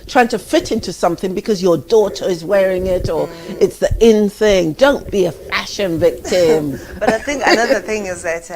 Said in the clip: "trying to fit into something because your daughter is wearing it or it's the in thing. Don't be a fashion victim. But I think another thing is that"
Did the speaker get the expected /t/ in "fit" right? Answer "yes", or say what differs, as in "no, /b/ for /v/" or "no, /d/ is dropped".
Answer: yes